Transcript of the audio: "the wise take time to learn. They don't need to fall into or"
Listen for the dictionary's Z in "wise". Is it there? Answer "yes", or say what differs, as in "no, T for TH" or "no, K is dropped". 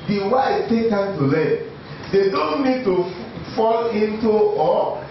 no, Z is dropped